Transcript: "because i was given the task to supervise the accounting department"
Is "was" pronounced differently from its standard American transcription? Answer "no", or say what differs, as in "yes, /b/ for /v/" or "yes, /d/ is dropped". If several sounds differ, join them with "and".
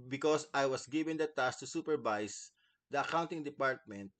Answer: yes, /s/ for /z/